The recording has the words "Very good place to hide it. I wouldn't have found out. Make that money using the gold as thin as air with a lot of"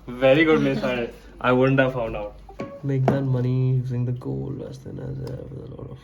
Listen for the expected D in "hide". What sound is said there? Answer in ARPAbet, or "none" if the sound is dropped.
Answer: none